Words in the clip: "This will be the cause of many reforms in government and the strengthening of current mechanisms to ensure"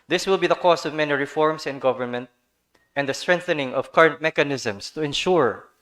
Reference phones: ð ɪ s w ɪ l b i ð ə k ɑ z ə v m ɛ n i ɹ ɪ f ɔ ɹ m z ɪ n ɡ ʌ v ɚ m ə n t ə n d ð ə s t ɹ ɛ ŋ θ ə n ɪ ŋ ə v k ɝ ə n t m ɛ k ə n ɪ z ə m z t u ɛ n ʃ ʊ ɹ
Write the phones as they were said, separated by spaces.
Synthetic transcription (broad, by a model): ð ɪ s w ɪ l b i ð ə k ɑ s ə v m ɛ n i ɹ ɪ f ɔ ɹ m s ɪ n ɡ ʌ v ɚ m ə n t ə n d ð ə s t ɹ ɛ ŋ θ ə n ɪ ŋ ə v k ɝ ə n t m ɛ k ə n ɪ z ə m s t u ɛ n ʃ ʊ ɹ